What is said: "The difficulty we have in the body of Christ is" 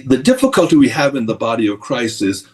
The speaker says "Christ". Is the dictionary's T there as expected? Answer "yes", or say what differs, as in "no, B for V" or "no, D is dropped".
no, T is dropped